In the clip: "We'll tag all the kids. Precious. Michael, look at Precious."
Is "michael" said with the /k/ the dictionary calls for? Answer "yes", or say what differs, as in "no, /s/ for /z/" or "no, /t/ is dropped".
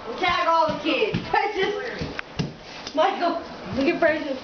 no, /k/ is dropped